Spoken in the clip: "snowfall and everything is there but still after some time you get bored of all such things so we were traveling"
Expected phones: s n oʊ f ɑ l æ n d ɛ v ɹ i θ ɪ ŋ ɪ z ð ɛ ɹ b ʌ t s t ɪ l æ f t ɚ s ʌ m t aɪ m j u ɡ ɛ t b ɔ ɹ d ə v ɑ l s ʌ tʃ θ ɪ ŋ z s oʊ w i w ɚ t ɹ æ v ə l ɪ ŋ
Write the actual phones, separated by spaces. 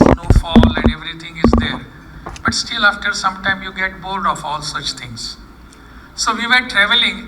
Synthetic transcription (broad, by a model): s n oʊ f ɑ l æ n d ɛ v ɹ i t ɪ ŋ ɪ z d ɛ ɹ b ʌ t s t ɪ l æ f t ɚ s ʌ m t aɪ m j u ɡ ɛ t b ɔ l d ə f ɑ l s ʌ tʃ t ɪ ŋ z s oʊ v i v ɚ t ɹ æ v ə l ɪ ŋ